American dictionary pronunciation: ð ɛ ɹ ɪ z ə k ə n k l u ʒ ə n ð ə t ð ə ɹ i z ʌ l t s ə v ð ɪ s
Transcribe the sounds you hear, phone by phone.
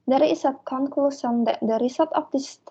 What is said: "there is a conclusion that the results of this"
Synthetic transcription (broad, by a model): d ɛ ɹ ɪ s ə k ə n k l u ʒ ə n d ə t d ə ɹ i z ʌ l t ə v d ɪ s